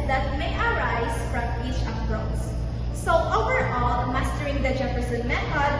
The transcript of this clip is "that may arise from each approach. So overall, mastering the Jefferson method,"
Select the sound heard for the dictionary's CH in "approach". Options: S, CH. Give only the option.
S